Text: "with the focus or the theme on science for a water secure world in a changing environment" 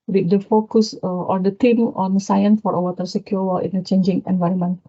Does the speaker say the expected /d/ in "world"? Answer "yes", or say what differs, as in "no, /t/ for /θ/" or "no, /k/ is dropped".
no, /d/ is dropped